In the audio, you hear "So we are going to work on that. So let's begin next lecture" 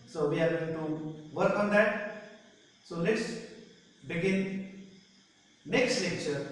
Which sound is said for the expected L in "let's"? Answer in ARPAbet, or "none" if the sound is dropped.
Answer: N